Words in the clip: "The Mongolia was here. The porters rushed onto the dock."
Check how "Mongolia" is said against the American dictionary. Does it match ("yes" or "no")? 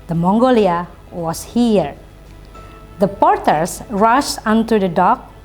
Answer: yes